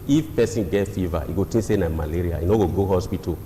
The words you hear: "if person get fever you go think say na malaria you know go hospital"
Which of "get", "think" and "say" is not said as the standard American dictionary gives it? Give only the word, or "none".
think